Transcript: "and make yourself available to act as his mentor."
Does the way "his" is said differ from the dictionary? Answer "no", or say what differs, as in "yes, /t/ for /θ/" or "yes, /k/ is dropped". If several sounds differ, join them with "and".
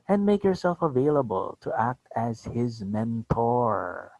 no